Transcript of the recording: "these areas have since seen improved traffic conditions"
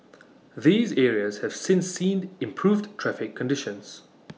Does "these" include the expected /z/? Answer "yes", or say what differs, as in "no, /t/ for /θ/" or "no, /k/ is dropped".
yes